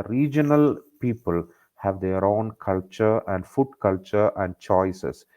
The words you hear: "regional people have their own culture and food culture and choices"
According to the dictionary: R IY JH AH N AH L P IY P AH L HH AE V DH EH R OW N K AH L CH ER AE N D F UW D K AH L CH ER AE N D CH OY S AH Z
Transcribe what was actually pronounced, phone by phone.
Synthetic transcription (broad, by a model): R IY JH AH N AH L P IY P AH L HH AE V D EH R OW N K AH L CH ER AE N D F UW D K AH L CH ER AE N D CH OY S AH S